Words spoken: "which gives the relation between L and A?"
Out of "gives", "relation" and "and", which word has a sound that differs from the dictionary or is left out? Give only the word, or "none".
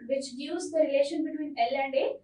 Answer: gives